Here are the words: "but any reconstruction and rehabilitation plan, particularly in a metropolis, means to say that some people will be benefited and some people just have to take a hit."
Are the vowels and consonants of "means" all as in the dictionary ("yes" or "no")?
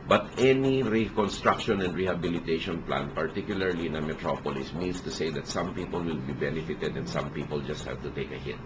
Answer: no